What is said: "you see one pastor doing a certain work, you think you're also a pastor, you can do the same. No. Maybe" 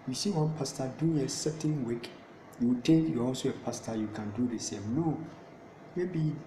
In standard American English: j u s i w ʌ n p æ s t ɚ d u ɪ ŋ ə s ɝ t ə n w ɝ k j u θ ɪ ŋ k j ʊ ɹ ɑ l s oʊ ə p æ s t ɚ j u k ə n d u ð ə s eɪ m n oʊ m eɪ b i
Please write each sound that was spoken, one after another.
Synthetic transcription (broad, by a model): j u s i w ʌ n p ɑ s t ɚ d u ɪ ŋ ə s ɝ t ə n w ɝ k j u t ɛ k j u ɑ l s oʊ ə p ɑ s t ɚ j u k ə n d u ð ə s eɪ m n oʊ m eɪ b i